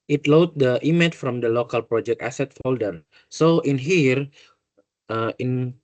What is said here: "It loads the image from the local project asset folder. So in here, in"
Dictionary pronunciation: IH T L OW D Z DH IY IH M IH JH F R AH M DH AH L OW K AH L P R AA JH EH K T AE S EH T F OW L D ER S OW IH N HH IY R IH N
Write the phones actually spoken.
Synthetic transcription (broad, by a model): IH T L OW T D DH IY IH M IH CH F R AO M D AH L OW K AH L P R AA JH EH K T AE S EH T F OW L D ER S OW IH N HH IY R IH N